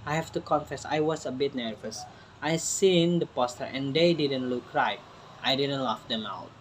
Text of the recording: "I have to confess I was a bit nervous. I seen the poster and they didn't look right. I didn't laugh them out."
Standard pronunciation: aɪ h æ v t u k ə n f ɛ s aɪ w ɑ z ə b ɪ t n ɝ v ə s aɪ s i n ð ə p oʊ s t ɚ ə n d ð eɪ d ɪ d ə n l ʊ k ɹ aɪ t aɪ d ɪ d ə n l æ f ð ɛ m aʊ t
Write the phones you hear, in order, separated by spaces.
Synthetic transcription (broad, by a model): aɪ h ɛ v t u k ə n f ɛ s aɪ w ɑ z ə b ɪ t n ɝ v ə s aɪ s i n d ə p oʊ s t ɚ ə n d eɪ d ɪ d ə n l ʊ k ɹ aɪ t aɪ d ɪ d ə n l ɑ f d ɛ m aʊ t